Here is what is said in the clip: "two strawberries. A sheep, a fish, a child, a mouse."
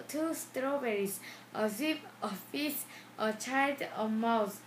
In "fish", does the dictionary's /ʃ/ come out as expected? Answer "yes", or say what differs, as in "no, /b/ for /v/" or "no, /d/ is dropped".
no, /s/ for /ʃ/